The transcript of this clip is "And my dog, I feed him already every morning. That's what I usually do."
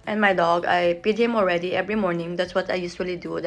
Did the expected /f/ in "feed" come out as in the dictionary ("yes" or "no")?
no